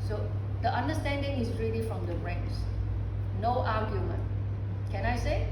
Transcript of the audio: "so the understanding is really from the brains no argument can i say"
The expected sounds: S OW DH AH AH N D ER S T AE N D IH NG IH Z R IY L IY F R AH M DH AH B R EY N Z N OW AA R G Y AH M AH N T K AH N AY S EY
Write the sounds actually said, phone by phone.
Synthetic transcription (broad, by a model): S OW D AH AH N D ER S T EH N D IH NG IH S R IY L IY F R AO M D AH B R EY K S N OW AA G Y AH M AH N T K AH N AY S EY